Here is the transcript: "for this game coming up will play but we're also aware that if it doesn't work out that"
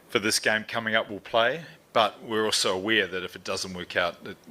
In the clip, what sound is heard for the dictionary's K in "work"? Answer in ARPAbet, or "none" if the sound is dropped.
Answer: K